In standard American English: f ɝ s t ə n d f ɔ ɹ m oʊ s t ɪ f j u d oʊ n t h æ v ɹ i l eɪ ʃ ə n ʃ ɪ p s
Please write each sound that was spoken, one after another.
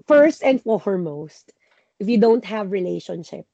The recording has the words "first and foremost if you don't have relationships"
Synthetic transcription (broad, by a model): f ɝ s t ə n d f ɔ ɹ m oʊ s t ɪ f j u d oʊ n t h æ v ɹ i l eɪ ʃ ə n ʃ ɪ p